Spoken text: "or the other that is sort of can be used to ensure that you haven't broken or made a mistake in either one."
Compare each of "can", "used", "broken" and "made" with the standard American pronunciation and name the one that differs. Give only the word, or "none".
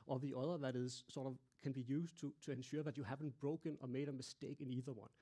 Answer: used